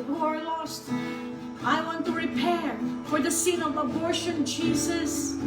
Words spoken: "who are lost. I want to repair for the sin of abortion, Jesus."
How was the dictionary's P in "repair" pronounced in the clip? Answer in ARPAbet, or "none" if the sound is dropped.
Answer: P